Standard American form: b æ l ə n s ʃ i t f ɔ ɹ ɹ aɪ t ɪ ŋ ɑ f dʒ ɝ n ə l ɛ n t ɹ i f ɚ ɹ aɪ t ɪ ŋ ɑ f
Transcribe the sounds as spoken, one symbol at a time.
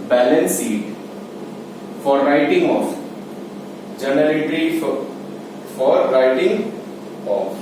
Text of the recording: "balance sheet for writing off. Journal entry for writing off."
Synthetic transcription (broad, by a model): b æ l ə n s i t f ɔ ɹ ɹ aɪ t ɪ ŋ ɑ f dʒ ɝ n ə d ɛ t ɹ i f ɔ ɹ aɪ t ɪ ŋ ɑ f